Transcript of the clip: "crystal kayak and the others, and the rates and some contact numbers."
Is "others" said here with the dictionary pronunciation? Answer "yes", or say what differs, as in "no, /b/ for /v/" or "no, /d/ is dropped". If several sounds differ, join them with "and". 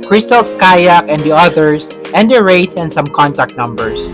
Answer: no, /s/ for /z/